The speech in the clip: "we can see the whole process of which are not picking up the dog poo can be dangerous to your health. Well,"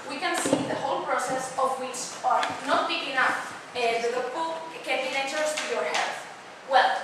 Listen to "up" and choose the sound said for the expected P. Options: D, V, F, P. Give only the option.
F